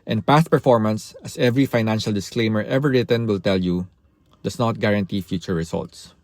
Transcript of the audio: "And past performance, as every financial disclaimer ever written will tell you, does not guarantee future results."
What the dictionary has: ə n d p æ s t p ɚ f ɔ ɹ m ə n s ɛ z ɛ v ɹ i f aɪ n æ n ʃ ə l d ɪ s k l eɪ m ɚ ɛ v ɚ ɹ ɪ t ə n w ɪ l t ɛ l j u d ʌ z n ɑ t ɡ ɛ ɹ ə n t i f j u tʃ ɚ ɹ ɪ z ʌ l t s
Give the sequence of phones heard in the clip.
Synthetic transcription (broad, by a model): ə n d p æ s t p ɚ f ɔ ɹ m ə n s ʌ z ɛ v ɹ i f aɪ n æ n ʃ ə l d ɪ s k l eɪ m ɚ ɛ v ɚ ɹ ɪ t ə n w ɪ l t ɛ l j u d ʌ s n ɑ t ɡ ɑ ɹ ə n t i f j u tʃ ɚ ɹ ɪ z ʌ l t s